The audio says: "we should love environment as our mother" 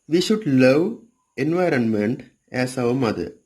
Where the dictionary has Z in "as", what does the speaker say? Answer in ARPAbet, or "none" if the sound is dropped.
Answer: S